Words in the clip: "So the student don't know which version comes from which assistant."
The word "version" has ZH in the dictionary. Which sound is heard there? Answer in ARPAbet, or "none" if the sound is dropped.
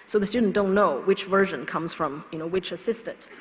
ZH